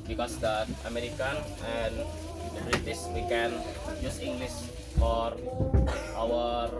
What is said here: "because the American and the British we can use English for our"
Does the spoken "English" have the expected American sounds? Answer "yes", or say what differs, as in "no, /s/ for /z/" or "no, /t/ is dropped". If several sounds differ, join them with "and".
no, /s/ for /ʃ/